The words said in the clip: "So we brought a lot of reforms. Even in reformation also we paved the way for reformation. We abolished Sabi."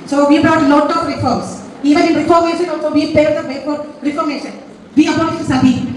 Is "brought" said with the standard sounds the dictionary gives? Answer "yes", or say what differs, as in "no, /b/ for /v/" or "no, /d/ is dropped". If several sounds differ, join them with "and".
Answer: yes